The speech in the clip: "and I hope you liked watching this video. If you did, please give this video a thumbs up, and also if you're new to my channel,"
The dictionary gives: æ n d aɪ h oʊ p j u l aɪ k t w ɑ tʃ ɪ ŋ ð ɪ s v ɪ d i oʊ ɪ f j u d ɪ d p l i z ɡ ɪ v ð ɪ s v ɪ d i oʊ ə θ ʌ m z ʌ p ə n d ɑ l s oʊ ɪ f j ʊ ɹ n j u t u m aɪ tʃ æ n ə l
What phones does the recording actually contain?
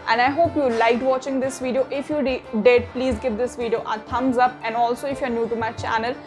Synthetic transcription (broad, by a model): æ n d aɪ h oʊ p j u l aɪ k t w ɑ tʃ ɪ ŋ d ɪ s v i d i oʊ ɪ f j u d ɪ d p l i z ɡ ɪ v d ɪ s v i d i oʊ ə t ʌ m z ʌ p ə n d ɑ l s oʊ ɪ f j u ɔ n j u t u m aɪ tʃ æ n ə l